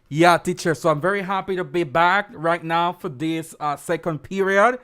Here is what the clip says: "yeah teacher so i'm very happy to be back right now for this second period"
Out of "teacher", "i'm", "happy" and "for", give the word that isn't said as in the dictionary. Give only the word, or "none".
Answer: none